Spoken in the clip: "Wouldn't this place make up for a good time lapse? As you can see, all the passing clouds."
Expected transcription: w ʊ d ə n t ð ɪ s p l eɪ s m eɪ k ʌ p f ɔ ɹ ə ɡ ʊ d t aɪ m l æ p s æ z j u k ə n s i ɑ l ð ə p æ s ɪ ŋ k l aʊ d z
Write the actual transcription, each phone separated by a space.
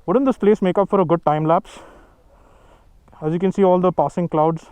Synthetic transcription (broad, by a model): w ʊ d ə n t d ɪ s p l eɪ s m eɪ k ʌ p f ɔ ɹ ə ɡ ʊ d t aɪ m l æ p s æ z j u k ə n s i ɑ l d ə p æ s ɪ ŋ k l aʊ d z